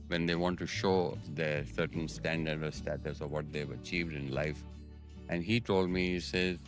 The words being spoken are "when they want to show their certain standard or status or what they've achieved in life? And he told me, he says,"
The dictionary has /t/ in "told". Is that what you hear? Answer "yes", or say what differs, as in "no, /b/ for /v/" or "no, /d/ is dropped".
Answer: yes